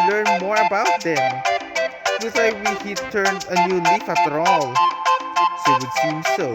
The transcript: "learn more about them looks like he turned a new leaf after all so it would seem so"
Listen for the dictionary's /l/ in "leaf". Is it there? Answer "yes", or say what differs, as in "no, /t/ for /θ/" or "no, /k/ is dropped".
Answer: yes